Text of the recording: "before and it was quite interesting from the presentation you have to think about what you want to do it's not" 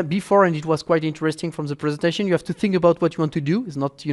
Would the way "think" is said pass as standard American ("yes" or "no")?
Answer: yes